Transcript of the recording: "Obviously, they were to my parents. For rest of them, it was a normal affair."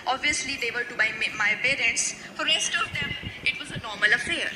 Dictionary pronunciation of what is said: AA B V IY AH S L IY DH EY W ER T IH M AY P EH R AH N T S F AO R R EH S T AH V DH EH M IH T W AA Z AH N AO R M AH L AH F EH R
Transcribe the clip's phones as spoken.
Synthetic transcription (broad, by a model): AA B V IY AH S L IY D EY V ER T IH M AY P EH R AH N T S F AO R R EH S T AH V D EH M IH T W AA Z AH N AO R M AH L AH F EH R